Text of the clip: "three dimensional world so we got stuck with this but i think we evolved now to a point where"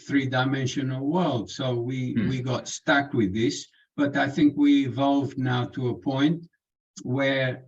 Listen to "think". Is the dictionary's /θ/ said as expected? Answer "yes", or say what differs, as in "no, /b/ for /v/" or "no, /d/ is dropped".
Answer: yes